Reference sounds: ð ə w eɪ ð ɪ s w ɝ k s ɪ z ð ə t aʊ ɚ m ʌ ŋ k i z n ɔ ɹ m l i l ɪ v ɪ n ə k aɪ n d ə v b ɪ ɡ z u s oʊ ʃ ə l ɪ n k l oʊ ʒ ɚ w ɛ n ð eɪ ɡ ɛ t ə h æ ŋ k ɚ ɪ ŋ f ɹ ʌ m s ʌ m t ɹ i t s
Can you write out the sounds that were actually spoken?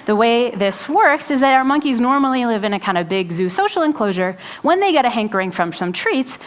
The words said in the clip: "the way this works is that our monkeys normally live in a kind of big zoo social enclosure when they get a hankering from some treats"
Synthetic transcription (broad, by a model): ð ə w eɪ ð ɪ s w ɝ k s ɪ z ð ə t aʊ ɚ m ʌ ŋ k i z n ɔ ɹ m l i l ɪ v ɪ n ə k aɪ n d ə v b ɪ ɡ z u s oʊ ʃ l ɪ n k l oʊ ʒ ɚ w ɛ n ð eɪ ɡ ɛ t ə h æ ŋ k ɚ ɪ ŋ f ɹ ʌ m s ʌ m t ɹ i t s